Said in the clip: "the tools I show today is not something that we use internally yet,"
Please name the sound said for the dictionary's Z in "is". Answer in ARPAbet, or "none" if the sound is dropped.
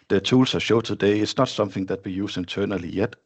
S